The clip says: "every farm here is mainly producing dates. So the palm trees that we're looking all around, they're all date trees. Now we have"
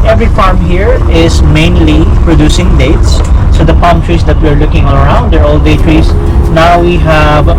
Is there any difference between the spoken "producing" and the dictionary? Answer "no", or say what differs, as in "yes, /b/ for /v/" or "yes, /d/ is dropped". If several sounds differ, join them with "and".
no